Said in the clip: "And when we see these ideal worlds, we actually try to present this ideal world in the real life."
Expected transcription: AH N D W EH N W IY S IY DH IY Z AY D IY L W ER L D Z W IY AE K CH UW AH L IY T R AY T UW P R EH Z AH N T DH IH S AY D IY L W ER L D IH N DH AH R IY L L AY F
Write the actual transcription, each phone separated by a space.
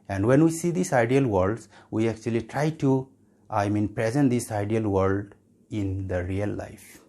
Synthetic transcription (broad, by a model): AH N D W EH N W IY S IY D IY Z AY D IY L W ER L D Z W IY AE K CH UW AH L IY T R AY T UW P R EH Z AH N T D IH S AY D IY L W ER L D IH N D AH R IY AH L AY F